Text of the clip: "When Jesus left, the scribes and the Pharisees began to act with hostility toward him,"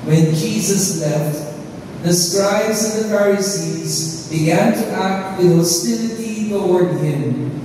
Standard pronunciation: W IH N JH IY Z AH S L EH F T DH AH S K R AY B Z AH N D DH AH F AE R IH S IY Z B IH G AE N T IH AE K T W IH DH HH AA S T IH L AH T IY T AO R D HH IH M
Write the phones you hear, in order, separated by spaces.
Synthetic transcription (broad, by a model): W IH N JH IY Z AH S L EH F T DH AH S K R AY B Z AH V DH AH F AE R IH S IY Z B IH G AE N T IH AE K T W IH DH HH AA S T IH L AH T IY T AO R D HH IH M